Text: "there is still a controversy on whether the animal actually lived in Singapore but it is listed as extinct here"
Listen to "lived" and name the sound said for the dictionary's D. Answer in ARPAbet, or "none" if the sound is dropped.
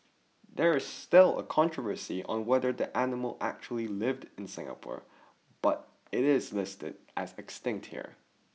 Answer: D